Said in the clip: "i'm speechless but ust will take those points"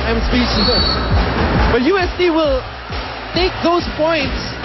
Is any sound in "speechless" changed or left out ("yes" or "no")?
yes